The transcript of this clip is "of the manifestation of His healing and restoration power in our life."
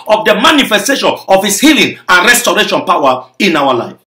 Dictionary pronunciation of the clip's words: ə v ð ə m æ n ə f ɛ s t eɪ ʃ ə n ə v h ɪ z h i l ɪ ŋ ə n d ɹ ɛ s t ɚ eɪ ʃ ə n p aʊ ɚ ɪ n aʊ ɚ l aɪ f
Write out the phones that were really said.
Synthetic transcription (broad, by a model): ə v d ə m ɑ n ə f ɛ s t eɪ ʃ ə n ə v h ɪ s h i l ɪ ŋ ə n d ɹ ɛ s t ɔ eɪ ʃ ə n p aʊ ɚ ɪ n aʊ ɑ l aɪ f